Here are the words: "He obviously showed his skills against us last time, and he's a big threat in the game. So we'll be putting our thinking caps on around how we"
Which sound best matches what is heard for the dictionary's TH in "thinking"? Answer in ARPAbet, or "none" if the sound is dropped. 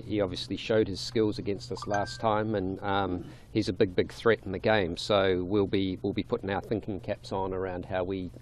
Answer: TH